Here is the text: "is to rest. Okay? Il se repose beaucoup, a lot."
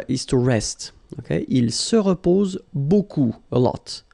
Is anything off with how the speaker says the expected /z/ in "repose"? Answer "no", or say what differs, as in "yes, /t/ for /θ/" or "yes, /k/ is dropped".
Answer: no